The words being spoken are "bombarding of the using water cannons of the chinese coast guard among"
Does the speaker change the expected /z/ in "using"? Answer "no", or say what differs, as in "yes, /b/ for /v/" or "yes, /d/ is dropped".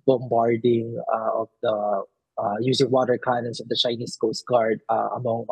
yes, /s/ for /z/